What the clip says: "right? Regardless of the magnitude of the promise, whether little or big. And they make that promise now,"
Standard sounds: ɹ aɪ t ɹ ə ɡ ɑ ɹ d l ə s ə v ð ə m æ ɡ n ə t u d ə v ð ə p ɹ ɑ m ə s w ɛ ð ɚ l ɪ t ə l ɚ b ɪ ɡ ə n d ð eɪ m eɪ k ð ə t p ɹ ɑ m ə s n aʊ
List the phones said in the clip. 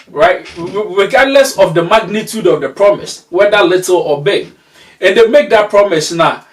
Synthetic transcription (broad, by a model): ɹ aɪ t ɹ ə ɡ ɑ d l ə s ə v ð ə m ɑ ɡ n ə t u d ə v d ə p ɹ ɑ m ə s w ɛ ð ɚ l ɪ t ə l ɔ b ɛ ə n d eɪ m eɪ k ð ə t p ɹ ɑ m ə s n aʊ